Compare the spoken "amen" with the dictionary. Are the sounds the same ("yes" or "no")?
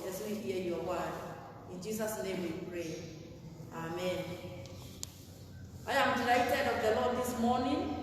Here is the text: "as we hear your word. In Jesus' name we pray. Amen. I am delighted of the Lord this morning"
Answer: yes